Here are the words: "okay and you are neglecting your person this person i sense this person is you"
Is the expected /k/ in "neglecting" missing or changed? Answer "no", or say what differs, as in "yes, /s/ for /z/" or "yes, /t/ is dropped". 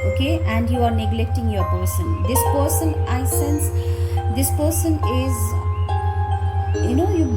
no